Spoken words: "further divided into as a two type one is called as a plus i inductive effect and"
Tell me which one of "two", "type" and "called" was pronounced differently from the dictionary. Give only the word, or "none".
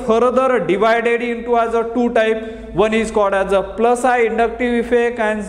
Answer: called